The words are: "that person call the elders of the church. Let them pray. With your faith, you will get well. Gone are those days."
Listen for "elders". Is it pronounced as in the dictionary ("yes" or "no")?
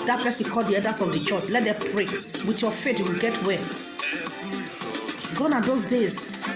no